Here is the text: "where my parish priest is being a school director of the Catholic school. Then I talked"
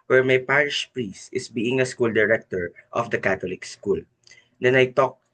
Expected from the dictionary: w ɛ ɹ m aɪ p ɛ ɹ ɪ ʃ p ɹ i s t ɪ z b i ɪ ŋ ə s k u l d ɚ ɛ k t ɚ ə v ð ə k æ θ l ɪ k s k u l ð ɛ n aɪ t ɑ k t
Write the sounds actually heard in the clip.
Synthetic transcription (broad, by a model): w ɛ ɹ m aɪ p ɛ ɹ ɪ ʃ p ɹ i s t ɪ s b i ɪ ŋ ə s k u l d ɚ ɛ k t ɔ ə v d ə k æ t l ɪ k s k u l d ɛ n aɪ t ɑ k